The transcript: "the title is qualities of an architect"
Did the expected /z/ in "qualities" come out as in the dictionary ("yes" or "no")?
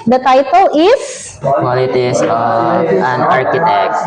no